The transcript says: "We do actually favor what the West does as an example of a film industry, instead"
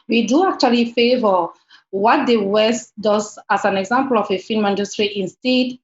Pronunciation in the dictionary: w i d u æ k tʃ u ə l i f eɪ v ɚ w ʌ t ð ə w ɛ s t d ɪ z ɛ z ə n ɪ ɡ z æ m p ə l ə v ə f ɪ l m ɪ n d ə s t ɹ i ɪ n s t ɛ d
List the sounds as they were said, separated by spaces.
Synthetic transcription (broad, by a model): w i d u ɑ k tʃ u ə l i f eɪ v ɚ w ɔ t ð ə w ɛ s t d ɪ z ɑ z ə n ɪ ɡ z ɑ m p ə l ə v ə f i n m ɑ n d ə s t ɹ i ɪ n s t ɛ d